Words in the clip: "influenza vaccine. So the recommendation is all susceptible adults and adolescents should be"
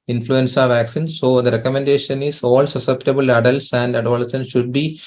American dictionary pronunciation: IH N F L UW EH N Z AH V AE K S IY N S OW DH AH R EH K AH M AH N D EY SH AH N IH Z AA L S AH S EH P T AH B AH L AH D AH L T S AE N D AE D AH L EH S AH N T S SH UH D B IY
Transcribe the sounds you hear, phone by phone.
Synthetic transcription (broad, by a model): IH N F L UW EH N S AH V AE K S IY N S OW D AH R EH K AH M AH N D EY SH AH N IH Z AA L S AH S EH P T AH B AH L AH D AH L T S AE N D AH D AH L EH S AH N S SH UH D B IY